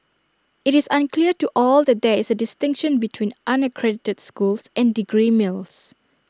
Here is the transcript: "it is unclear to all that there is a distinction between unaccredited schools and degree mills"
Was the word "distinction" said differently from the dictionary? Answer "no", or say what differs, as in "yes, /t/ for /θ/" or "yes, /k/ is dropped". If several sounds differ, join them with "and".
no